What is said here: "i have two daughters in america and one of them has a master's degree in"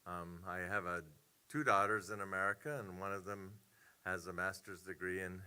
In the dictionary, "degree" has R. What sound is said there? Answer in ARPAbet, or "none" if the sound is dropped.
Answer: R